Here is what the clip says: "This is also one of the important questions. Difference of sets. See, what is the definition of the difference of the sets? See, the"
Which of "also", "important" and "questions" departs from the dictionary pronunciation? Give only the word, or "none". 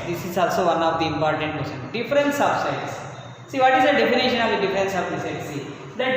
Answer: questions